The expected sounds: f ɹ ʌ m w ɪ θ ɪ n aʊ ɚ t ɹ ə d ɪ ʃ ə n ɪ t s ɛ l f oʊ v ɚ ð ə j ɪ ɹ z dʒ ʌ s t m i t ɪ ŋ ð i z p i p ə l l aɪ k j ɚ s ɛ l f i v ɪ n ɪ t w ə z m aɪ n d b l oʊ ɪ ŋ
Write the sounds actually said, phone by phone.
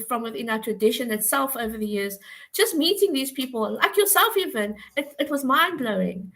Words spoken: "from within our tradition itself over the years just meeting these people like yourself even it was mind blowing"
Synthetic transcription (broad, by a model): f ɹ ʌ m w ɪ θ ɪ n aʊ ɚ t ɹ ə d ɪ ʃ ə n ɪ t s ɛ l f oʊ v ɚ ð ə j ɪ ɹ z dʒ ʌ s t m i t ɪ ŋ ð i z p i p ə l l aɪ k j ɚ s ɛ l f i v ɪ n ɪ t w ə z m aɪ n b l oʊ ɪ ŋ